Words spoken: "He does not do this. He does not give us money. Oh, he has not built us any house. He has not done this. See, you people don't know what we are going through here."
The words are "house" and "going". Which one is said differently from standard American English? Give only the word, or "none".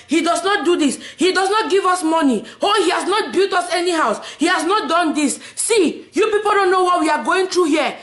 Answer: none